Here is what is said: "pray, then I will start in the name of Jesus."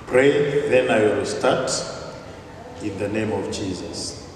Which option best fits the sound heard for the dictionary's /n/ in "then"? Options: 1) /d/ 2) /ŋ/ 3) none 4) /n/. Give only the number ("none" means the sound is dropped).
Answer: 4